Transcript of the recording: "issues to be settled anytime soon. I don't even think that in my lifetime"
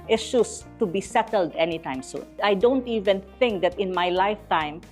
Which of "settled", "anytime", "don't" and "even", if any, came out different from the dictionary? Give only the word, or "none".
none